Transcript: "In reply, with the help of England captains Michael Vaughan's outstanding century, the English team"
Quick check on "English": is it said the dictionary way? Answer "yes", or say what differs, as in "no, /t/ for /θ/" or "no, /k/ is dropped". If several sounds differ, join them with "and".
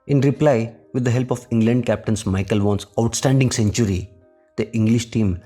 yes